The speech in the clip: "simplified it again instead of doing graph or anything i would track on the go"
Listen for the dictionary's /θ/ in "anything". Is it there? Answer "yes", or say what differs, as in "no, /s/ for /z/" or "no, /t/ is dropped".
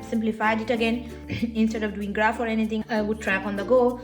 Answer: no, /t/ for /θ/